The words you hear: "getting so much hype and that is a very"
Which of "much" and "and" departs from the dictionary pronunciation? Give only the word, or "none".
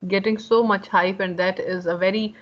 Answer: none